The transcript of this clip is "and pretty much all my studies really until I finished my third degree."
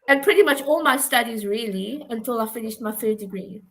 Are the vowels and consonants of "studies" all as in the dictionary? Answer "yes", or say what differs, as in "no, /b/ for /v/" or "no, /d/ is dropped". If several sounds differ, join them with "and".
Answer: yes